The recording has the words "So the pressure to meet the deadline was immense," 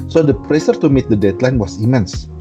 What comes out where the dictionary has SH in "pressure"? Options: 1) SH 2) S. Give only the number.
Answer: 2